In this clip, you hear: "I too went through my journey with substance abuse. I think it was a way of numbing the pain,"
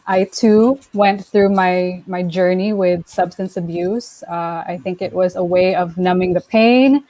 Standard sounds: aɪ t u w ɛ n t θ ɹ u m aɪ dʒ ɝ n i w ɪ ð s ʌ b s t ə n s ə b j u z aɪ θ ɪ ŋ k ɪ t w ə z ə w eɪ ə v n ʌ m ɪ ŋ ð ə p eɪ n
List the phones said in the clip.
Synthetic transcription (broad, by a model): aɪ t u w ɛ n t θ ɹ u m aɪ dʒ ɝ n i w ɪ ð s ʌ b s t ə n s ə b j u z aɪ θ ɪ ŋ k ɪ t w ə z ə w eɪ ə v n ʌ m ɪ ŋ ð ə p eɪ n